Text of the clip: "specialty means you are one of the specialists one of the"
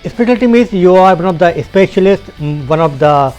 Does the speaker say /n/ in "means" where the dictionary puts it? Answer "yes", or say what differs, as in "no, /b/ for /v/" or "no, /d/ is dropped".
no, /n/ is dropped